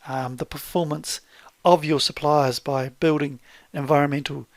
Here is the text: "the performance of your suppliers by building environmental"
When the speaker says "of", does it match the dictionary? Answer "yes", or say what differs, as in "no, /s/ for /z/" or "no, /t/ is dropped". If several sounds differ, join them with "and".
yes